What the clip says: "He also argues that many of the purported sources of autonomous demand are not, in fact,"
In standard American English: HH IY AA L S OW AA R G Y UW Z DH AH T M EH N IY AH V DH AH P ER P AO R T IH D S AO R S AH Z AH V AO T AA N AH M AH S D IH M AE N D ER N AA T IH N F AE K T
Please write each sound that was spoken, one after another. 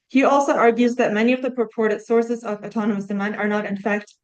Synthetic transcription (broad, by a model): HH IY AA L S OW AA R G Y UW Z DH AH T M EH N IY AH V DH AH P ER P AO R T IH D S AO R S AH Z AH V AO T AA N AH M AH S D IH M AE N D ER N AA T IH N F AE K T